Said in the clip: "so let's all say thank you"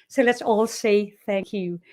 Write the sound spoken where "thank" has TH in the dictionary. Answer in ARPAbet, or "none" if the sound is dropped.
TH